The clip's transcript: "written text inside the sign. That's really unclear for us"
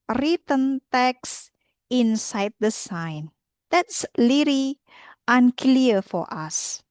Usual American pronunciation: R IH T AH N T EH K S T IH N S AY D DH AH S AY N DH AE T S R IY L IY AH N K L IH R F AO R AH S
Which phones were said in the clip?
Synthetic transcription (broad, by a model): R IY T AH N T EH K S IH N S AY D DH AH S AY N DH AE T S L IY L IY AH N K L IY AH F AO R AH S